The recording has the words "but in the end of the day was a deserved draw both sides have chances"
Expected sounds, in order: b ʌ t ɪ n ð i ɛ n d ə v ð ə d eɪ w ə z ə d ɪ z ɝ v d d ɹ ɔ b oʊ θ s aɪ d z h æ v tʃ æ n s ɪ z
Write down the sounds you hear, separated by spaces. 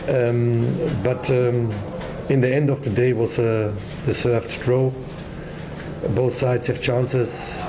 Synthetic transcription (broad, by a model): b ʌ t ɪ n ð i ɛ n d ə v ð ə d eɪ w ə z ə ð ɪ s ɝ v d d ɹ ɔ b oʊ θ s aɪ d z h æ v tʃ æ n s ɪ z